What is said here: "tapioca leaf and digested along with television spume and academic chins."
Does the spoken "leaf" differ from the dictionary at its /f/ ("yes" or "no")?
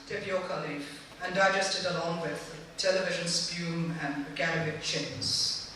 yes